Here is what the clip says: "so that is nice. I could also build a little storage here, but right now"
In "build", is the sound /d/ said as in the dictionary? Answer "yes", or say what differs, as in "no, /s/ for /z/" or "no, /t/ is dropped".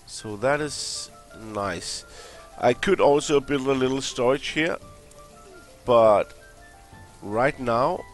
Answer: no, /d/ is dropped